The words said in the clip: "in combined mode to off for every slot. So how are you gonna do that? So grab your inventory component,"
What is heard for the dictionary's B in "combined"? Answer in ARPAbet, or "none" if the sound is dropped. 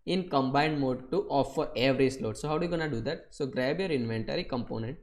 B